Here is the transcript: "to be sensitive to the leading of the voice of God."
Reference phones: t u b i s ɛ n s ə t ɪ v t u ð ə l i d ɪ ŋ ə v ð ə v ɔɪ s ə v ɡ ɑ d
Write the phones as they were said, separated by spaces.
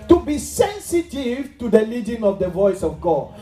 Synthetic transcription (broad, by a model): t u b i s ɛ n s ə t ɪ v t u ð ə l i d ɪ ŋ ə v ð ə v ɔɪ s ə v ɡ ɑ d